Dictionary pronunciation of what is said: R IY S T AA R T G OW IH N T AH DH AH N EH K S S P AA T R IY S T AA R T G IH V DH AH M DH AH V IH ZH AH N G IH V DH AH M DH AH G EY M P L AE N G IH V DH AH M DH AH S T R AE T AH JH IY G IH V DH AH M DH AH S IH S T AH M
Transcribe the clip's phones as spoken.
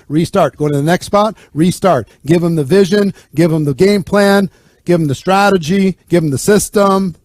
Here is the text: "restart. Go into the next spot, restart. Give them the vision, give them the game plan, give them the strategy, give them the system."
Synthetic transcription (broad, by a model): R IY S T AA R T G OW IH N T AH DH AH N EH K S S P AA T R IY S T AA R T G IH V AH M DH AH V IH ZH AH N G IH V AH M DH AH G EY M P L AE N G IH V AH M DH AH S T R AE T AH JH IY G IH V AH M DH AH S IH S T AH M